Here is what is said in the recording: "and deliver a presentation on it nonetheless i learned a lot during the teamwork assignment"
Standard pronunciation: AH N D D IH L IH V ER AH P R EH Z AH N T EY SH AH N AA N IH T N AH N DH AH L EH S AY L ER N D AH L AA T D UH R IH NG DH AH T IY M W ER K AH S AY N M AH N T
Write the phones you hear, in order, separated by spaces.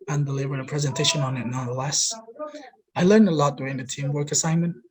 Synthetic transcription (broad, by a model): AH N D D IH L IH V ER AH P R EH Z AH N T EY SH AH N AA N IH T N AH N DH AH L EH S AY L ER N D AH L AA T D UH IH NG DH AH T IY M W ER K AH S AY N M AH N T